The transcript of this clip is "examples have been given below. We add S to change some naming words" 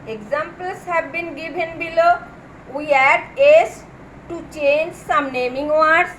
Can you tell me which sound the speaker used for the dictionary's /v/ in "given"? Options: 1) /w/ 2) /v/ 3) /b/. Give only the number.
3